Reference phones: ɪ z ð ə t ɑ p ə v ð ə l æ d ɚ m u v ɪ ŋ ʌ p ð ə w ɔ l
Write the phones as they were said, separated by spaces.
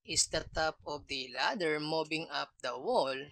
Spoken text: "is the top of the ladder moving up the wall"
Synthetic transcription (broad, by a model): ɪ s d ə t ɑ p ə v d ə l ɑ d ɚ m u b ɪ ŋ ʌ p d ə w ɔ l